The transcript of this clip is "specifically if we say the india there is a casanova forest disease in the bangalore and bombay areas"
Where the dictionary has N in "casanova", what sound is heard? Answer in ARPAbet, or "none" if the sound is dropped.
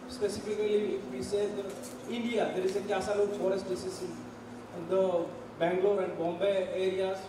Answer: L